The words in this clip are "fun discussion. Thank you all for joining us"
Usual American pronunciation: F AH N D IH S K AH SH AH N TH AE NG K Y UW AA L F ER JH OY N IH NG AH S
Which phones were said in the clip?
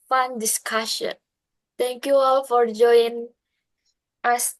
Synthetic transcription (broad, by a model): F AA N D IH S K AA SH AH N T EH NG K Y UW AA L F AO JH OY IH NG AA S